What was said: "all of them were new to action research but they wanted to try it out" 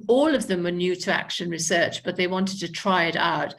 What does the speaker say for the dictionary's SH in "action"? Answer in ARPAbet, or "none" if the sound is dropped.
SH